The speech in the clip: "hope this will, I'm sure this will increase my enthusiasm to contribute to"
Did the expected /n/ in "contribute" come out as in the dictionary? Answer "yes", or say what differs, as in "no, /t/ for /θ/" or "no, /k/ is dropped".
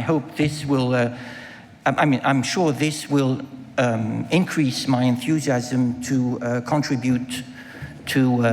yes